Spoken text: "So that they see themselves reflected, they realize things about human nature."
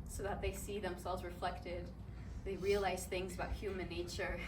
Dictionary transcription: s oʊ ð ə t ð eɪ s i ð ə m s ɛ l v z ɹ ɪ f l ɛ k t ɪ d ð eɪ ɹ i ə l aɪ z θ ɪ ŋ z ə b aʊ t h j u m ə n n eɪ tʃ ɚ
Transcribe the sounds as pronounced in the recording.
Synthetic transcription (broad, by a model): s oʊ ð ə t ð eɪ s i ð ə m s ɛ l v z ɹ ɪ f l ɛ k t ɪ d ð eɪ ɹ i ə l aɪ z θ ɪ ŋ z ə b aʊ t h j u m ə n n eɪ tʃ ɚ